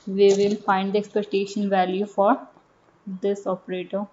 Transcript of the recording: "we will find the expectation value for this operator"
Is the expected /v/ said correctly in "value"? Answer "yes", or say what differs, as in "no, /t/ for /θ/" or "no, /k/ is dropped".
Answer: yes